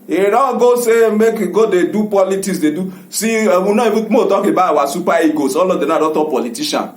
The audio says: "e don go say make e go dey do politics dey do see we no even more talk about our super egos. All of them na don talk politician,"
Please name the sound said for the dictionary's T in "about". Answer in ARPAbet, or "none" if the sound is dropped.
none